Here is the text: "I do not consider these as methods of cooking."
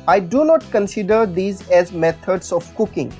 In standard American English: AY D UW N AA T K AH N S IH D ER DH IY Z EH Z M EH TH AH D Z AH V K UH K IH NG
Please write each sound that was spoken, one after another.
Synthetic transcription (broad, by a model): AY D UW N AA T K AH N S IH D ER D IY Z EH Z M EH T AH D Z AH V K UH K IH NG